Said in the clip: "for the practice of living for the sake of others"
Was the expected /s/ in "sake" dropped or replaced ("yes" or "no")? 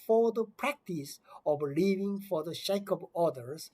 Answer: yes